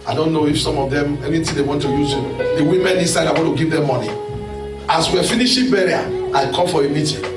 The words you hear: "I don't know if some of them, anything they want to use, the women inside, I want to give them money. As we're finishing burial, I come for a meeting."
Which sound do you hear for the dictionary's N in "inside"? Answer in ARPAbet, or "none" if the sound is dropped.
none